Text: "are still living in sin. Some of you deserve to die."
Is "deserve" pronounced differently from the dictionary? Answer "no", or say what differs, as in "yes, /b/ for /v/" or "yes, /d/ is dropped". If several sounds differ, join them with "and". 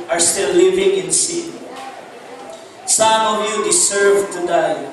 yes, /s/ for /z/